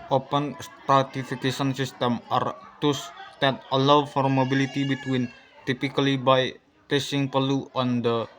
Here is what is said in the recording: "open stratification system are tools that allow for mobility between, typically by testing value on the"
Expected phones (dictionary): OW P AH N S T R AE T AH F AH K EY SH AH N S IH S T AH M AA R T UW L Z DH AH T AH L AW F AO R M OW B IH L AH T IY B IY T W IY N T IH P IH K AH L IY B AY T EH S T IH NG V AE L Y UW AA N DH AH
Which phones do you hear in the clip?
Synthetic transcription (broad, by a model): OW P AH N S T R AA T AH F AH K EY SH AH N S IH S T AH M AA R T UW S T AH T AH L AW F AO R M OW B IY L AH T IY B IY T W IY N T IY P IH K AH L IY B AY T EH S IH NG P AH L UW AA N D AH